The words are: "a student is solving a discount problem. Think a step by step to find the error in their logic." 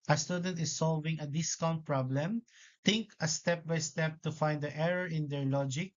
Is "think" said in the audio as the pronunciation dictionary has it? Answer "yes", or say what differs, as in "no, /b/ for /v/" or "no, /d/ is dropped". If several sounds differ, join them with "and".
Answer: no, /t/ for /θ/